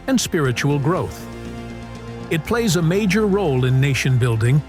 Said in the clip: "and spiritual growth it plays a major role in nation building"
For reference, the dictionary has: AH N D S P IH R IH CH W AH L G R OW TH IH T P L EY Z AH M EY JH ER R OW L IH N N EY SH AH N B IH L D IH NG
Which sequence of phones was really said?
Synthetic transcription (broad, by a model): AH N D S P IH R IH CH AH L G R OW TH IH T P L EY Z AH M EY JH ER R OW L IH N N EY SH AH N B IH L D IH NG